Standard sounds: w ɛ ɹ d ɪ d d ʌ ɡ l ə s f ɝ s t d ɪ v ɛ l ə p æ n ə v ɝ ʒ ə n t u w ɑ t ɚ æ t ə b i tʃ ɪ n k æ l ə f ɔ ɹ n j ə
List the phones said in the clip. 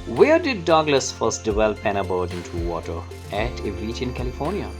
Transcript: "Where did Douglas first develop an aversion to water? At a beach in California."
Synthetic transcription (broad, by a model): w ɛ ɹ d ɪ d d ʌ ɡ l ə s f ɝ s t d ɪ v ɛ l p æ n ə b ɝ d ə n t u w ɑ t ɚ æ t ə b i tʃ ɪ n k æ l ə f ɔ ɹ n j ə